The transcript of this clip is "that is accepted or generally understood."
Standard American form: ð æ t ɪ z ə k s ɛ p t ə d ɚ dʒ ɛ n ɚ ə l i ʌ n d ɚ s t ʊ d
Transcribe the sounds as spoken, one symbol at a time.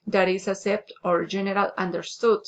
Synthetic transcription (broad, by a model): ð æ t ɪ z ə s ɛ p t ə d dʒ ɛ n ɚ ə l i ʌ n d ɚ s t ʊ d